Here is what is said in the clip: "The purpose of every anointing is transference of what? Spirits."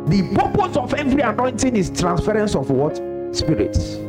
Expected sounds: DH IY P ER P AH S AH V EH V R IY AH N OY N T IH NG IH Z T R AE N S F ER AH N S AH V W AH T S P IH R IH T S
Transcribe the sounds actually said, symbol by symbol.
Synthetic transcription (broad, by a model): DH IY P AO P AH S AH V EH V R IY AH N OY N T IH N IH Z T R AE N S F ER AH N S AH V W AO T S P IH R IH T S